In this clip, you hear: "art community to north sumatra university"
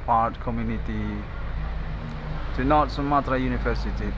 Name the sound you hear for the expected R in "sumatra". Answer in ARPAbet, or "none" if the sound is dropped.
R